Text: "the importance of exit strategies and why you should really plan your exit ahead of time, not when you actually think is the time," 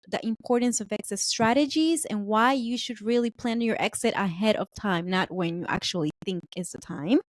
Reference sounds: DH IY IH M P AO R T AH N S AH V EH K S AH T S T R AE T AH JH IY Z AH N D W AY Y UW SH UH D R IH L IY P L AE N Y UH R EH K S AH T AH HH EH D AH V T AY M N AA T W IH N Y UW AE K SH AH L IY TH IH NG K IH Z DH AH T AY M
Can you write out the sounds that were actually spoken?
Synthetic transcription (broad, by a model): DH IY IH M P AO R T N S AH V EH K S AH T S T R AE T AH JH IY Z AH N W AY Y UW SH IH D R IH L IY P L AE N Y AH R EH K S AH T AH HH EH D AH V T AY M N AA T W IH N Y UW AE K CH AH L IY TH IH NG K IH Z DH AH T AY M